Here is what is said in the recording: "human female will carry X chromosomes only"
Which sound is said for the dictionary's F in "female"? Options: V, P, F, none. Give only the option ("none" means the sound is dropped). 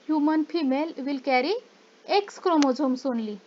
P